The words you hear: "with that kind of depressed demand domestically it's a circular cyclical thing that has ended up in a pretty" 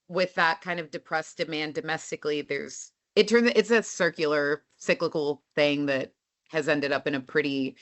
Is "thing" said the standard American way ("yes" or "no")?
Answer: yes